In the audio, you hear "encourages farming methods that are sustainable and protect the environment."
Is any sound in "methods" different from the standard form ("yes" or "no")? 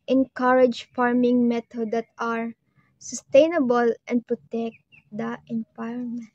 yes